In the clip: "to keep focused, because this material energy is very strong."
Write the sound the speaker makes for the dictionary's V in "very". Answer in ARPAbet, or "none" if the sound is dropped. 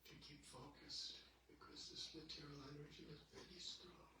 B